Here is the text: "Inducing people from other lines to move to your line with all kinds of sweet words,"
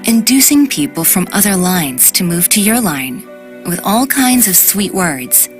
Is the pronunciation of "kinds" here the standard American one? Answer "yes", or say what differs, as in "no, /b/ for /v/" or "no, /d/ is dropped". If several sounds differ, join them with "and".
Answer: yes